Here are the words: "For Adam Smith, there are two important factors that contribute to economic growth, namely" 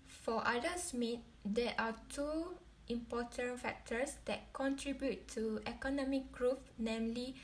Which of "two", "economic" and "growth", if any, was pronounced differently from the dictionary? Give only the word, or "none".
growth